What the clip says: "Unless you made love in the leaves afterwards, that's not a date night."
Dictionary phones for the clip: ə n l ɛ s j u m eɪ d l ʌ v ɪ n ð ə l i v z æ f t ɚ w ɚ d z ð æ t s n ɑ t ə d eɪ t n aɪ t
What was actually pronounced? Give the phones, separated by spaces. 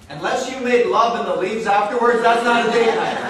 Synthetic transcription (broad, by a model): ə n l ɛ s j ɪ m eɪ d l ʌ v ɪ n ð ə l i v z æ f t ɚ w ɚ d z ð æ t s n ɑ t ə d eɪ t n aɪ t